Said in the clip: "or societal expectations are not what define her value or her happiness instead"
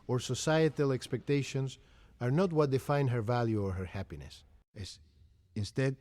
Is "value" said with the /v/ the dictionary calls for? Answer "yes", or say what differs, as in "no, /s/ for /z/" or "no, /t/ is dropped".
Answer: yes